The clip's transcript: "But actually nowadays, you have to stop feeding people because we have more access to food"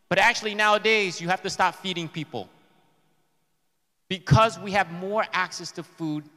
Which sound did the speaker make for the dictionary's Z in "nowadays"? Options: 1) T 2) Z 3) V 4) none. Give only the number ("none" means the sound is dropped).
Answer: 2